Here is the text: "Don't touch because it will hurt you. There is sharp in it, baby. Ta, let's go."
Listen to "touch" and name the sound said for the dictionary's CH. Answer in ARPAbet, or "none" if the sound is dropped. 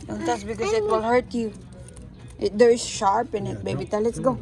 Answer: S